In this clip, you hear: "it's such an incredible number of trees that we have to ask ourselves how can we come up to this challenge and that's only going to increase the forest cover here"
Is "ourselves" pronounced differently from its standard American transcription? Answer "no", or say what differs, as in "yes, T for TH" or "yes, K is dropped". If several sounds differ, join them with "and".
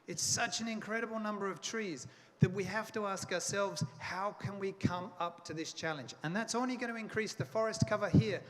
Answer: no